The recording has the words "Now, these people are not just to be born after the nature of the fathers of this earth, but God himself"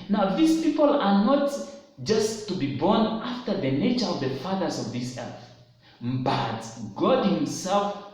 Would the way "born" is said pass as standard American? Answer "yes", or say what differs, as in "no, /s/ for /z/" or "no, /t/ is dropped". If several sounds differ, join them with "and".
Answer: yes